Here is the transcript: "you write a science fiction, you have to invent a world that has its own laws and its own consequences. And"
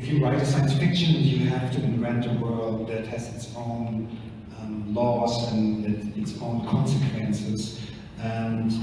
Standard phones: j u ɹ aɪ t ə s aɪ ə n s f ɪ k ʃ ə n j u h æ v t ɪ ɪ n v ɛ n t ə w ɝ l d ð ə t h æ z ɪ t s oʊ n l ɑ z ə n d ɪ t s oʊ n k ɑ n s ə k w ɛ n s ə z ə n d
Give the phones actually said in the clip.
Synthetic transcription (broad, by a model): j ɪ ɹ aɪ t ə s aɪ ə n s f ɪ k ʃ ə n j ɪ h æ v t ɪ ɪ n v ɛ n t ə w ɝ l d ð ə t h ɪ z ɪ t s oʊ n l ɑ s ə n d ɪ t s oʊ n k ɑ n s ə k w ɛ n s ə z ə n